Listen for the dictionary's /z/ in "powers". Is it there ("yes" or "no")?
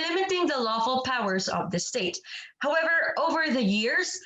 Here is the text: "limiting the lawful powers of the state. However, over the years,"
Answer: yes